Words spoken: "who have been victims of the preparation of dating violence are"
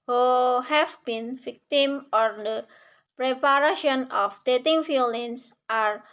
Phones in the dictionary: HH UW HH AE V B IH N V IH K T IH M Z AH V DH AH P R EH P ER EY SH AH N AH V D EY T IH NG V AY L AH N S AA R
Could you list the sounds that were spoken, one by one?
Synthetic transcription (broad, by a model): HH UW HH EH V B IH N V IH K T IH M AH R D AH P R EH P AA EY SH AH N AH F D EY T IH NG F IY L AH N S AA R